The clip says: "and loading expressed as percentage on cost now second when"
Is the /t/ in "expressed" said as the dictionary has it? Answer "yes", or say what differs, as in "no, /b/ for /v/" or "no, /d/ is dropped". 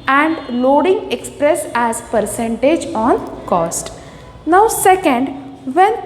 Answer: no, /t/ is dropped